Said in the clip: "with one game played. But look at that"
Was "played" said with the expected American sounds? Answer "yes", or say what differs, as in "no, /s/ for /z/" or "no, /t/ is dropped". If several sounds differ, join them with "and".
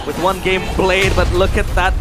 no, /b/ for /p/